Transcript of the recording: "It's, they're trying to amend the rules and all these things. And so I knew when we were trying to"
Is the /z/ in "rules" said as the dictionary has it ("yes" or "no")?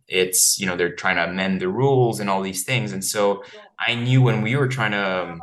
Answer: yes